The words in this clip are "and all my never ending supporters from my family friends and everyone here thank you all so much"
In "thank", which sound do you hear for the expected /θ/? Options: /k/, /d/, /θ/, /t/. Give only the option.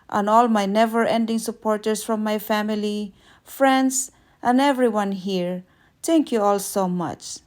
/t/